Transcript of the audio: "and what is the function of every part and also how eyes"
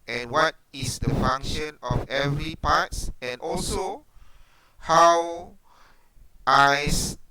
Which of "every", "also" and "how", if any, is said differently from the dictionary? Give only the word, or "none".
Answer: none